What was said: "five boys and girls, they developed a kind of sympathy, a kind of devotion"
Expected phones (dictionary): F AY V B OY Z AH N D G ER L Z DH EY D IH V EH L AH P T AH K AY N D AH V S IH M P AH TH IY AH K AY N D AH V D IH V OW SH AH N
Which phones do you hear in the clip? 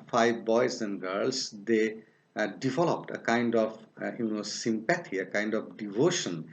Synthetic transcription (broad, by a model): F AY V B OY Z AH N D G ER L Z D EY D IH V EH L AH P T AH K AY N D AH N S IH M P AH T IY AH K AY N D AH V D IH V OW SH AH N